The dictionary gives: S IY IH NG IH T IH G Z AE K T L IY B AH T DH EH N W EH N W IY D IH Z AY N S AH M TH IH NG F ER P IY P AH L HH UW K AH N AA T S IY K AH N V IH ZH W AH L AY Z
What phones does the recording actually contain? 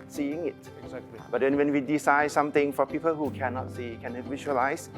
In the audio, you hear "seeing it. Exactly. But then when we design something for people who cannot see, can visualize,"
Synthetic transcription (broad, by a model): S IY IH NG IH T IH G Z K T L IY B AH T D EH N W EH N W IY D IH S AY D S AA M T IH NG F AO P IY P AH L HH UW K AH N AA T S IY K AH N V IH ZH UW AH L AY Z